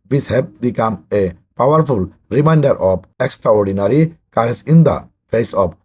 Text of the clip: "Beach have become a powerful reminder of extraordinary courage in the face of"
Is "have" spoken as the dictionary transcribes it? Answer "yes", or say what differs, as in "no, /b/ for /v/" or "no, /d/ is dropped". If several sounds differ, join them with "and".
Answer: no, /b/ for /v/